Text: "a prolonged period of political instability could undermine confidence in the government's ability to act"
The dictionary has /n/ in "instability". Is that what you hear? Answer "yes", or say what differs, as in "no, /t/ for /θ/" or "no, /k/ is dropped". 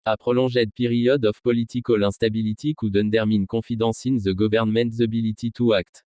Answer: no, /n/ is dropped